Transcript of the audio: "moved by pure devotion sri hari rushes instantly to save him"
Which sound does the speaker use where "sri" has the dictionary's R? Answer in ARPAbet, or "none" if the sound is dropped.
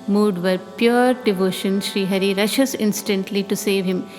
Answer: R